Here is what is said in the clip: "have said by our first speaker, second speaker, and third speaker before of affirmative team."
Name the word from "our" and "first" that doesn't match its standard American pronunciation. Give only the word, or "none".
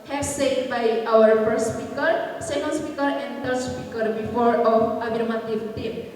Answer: first